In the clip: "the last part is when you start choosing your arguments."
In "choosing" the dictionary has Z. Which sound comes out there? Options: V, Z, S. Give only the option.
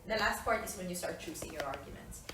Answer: S